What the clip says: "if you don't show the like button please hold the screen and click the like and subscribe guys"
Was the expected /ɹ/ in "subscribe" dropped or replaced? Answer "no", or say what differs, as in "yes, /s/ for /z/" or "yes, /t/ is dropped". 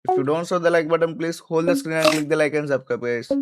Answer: yes, /ɹ/ is dropped